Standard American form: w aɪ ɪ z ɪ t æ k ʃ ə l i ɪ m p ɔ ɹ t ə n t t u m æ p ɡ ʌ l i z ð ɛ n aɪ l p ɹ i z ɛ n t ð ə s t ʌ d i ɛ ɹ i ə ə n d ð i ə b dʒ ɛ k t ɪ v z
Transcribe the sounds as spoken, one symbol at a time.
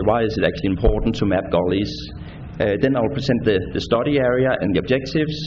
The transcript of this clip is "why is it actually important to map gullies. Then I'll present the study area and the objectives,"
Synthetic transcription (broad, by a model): w aɪ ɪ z ɪ t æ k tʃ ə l i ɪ m p ɔ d n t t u m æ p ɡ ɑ l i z ð ɛ n aɪ l p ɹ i s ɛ n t ð ə s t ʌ d i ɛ ɹ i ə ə n ð i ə b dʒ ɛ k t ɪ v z